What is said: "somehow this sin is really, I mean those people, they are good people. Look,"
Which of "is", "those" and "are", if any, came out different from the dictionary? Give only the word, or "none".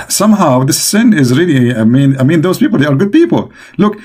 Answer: none